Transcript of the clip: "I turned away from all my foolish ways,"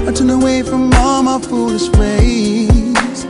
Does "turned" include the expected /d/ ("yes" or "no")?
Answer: no